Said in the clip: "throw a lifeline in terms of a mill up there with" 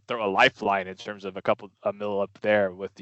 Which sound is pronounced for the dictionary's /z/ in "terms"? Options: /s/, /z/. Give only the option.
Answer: /z/